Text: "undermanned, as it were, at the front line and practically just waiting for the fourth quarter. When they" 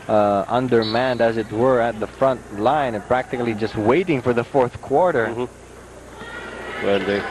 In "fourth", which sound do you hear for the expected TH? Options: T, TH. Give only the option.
TH